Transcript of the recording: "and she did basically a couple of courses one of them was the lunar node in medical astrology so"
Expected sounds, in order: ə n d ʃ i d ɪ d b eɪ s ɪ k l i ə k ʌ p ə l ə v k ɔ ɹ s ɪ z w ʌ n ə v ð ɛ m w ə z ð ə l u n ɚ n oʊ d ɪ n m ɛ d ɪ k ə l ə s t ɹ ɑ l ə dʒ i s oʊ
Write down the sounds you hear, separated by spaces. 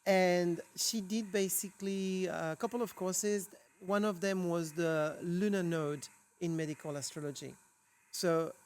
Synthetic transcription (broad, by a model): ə n ʃ i d ɪ d b eɪ s ɪ k l i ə k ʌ p l ə v k ɔ ɹ s ɪ z w ʌ n ə v ð ɛ m w ə z ð ə l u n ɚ n oʊ d ɪ n m ɛ d ɪ k ə l ə s t ɹ ɑ l ə dʒ i s oʊ